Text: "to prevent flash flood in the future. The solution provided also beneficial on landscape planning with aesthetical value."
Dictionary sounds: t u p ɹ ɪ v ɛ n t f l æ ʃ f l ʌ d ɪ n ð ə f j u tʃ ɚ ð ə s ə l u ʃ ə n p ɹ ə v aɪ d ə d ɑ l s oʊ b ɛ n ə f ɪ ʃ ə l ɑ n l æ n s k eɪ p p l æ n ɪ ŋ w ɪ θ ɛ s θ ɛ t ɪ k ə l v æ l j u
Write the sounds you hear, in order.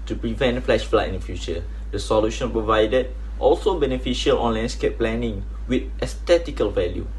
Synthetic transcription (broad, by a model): t u p ɹ ɪ v ɛ n t f l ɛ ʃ f l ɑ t ɪ n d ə f j u tʃ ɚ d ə s ə l u ʃ ə n p ɹ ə v aɪ d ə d ɑ l s oʊ b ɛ n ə f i ʃ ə l ɑ n l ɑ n s k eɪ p p l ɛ n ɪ ŋ w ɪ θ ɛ s t ɛ t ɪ k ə l v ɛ l j u